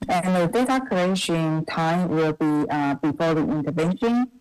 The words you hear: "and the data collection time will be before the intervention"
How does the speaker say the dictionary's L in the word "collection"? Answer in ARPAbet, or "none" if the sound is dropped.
none